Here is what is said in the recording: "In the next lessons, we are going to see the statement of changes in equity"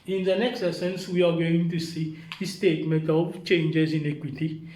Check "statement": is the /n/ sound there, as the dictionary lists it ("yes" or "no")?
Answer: no